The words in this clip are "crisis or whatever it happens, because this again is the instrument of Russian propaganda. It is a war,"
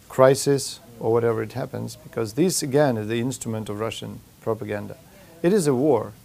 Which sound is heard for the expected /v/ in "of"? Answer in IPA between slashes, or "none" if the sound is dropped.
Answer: /v/